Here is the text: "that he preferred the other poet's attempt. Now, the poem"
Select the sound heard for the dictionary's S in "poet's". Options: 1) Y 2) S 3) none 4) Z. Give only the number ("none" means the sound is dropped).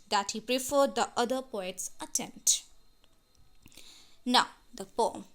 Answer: 2